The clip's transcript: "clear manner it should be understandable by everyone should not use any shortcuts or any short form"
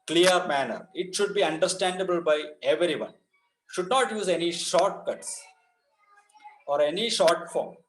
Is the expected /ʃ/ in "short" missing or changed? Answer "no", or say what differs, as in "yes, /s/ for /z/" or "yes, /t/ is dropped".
no